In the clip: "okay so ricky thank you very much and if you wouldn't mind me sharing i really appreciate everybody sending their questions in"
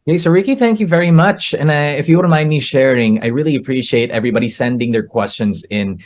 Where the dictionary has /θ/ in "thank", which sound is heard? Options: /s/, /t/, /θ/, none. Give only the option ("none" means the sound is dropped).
/θ/